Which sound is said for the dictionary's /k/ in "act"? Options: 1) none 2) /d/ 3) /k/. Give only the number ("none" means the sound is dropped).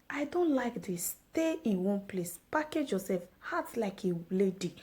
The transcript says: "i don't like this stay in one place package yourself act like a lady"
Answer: 1